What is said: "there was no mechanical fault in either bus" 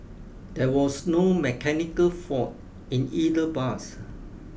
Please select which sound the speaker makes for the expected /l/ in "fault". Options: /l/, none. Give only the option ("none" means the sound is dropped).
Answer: none